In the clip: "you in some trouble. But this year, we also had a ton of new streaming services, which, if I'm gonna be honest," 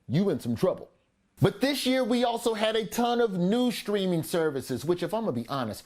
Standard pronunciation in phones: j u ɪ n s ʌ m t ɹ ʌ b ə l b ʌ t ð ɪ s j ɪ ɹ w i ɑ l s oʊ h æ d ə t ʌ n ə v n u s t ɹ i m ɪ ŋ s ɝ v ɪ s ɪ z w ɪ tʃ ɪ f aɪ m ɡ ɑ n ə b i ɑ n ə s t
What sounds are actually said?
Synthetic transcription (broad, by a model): j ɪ ɪ n s ʌ m t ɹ ʌ b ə l b ʌ t ð ɪ s j ɪ ɹ w i ɑ l s oʊ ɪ d ə t ʌ n ə v n u s t ɹ i m ɪ ŋ s ɝ v ɪ s ɪ z w ɪ tʃ ɪ f aɪ m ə b i ɑ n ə s t